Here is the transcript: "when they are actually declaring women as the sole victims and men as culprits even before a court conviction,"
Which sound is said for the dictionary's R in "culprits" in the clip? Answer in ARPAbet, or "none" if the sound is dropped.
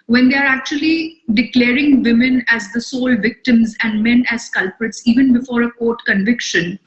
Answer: R